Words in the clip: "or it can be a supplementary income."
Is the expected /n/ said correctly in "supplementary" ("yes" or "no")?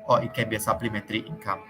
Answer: no